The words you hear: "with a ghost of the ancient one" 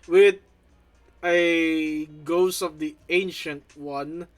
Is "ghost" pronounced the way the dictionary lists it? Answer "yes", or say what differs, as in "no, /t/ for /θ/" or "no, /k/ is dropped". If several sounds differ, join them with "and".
no, /t/ is dropped